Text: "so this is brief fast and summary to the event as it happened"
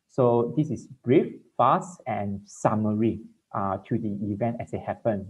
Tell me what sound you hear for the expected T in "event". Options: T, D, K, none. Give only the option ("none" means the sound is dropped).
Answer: T